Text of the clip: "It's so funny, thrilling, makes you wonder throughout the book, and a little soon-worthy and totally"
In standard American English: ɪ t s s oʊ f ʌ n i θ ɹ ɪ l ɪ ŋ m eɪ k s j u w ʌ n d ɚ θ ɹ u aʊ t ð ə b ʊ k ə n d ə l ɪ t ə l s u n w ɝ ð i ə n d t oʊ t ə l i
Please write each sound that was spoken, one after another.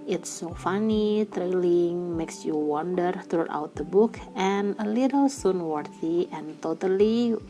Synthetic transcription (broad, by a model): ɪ t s s oʊ f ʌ n i t ɹ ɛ l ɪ ŋ m eɪ k s j u w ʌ n d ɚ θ ɹ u aʊ t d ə b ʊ k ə n ə l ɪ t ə l s u n w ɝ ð i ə n t oʊ t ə l i